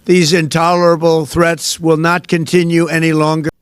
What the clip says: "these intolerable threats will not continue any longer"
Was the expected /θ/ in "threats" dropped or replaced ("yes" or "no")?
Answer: no